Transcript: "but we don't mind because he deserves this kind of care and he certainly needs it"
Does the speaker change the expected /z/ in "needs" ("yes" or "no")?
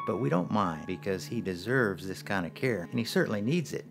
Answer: no